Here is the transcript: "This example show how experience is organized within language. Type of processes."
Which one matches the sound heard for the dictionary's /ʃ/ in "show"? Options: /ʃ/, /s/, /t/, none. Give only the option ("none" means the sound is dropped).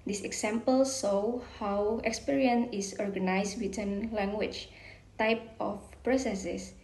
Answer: /s/